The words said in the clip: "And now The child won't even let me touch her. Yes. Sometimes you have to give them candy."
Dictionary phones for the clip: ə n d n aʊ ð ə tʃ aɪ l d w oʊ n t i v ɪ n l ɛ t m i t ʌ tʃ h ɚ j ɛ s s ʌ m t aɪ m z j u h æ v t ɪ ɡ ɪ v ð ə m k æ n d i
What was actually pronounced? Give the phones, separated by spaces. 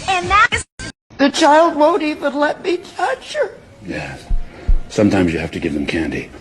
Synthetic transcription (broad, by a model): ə n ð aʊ ð ə tʃ aɪ l d w oʊ n t i v ɪ n l ɛ t m i t ʌ tʃ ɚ j ɛ s s ʌ m t aɪ m z j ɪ h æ f t ɪ ɡ ɪ v ð ə m k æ n d i